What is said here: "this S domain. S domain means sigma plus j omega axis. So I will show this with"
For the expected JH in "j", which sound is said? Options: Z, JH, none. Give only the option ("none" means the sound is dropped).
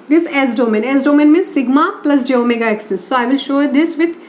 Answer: JH